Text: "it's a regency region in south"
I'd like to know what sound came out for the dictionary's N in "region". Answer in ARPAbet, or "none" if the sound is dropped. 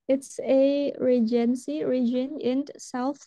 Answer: N